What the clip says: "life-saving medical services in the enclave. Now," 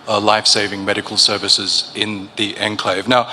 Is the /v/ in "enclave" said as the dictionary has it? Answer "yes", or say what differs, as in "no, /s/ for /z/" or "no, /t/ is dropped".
yes